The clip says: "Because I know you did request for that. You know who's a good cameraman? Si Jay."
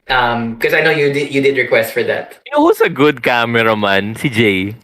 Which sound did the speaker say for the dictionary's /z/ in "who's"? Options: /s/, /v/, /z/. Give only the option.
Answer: /s/